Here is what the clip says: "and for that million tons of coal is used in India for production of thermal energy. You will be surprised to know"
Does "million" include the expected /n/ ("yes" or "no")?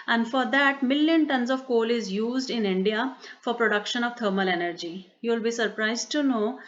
yes